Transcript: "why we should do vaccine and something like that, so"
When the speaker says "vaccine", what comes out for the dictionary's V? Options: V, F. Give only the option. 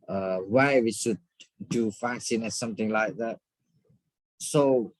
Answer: F